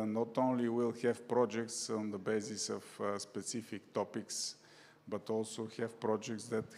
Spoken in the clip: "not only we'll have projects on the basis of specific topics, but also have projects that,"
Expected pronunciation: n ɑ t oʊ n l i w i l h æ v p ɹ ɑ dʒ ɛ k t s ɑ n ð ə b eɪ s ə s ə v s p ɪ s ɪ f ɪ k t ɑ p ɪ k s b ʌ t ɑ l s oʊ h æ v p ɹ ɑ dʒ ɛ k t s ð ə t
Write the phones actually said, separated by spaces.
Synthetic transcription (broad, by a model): n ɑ t oʊ n l i w i l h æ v p ɹ ɑ dʒ ɛ k t s ɑ n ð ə b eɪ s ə s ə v s p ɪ s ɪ f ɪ k t ɑ p ɪ k s b ʌ t ɑ l s oʊ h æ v p ɹ ɑ dʒ ɛ k t s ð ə t